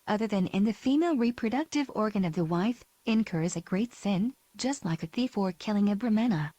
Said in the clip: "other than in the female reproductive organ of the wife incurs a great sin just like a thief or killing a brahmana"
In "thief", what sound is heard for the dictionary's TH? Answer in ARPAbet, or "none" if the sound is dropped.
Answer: TH